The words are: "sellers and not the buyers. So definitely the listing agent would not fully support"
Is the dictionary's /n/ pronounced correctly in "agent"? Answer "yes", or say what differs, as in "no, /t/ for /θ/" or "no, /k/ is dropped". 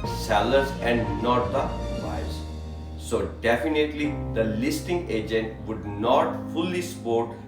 yes